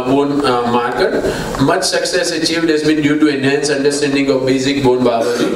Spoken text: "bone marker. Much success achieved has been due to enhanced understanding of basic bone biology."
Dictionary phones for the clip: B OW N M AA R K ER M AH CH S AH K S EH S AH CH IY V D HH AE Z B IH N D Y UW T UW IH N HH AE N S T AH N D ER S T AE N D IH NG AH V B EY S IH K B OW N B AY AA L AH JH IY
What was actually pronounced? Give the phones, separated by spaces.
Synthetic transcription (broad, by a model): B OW N M AA R K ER M AH CH S AH K S EH S AH CH IY V D HH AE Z B IH N D Y UW T UW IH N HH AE N S AH N D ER S T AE N D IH NG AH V B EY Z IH K B OW N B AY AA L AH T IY